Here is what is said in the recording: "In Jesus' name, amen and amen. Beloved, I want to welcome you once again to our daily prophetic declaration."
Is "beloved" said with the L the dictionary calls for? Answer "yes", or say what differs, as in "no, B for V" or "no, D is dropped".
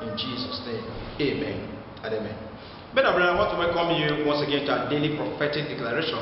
no, N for L